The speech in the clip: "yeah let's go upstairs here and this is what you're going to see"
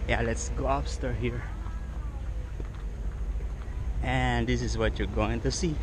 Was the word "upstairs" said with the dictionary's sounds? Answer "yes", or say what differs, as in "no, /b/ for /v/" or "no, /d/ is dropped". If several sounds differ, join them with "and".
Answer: no, /z/ is dropped